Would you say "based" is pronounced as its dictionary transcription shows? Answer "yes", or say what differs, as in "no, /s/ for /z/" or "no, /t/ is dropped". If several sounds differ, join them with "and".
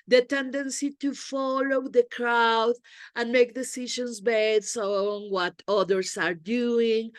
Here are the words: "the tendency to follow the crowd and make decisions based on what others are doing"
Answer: no, /t/ is dropped